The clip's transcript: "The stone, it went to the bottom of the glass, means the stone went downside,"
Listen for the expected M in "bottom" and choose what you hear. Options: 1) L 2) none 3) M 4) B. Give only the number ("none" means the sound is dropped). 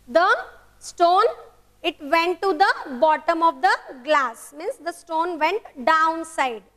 3